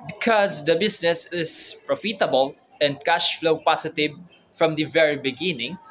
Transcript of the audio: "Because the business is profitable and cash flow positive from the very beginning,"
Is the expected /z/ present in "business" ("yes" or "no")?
no